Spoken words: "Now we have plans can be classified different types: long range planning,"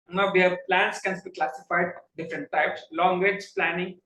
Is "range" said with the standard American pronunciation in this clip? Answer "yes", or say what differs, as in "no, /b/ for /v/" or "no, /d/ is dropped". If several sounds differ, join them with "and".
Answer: no, /n/ is dropped